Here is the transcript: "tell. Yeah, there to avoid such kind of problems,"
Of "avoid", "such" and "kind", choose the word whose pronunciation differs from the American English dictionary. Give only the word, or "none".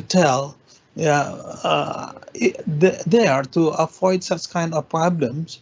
avoid